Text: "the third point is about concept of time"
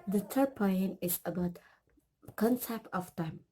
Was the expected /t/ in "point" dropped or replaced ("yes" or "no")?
yes